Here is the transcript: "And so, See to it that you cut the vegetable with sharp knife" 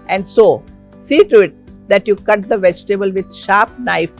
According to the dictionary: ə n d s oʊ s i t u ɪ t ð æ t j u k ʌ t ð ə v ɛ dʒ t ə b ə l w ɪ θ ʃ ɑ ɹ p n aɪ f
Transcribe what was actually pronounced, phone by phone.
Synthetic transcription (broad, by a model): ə n d s oʊ s i t u ɪ t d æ t j u k ʌ t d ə v ɛ dʒ t ə b ə l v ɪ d ʃ ɑ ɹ p n aɪ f